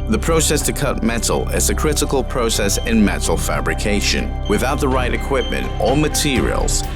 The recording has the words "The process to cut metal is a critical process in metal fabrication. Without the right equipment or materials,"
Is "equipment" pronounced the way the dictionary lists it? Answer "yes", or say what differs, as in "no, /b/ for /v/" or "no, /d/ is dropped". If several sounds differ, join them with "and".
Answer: yes